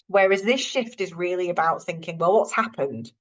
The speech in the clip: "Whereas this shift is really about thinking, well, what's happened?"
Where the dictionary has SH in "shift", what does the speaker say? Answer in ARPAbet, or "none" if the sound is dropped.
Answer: SH